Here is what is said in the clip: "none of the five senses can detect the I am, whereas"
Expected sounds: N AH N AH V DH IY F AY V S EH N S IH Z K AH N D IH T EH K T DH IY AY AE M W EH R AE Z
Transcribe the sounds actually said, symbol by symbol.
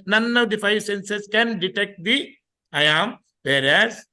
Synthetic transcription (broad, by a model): N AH N AH V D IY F AY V S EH N S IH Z K AH N D IH T EH K T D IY AY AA M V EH R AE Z